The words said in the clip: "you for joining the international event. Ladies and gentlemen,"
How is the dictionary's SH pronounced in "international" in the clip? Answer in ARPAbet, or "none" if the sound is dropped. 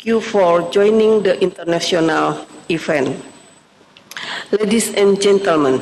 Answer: S